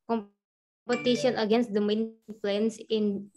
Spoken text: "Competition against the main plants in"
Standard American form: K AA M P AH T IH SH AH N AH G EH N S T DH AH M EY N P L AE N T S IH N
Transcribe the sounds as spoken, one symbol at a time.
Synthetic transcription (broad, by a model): K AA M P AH T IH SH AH N AH G EH N S T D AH M EY N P L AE N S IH N